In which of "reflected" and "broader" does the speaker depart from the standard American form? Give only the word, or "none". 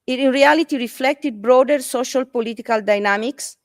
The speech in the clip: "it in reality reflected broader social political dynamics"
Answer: none